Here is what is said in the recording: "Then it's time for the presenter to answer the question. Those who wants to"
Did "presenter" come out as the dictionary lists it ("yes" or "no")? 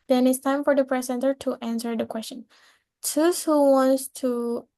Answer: no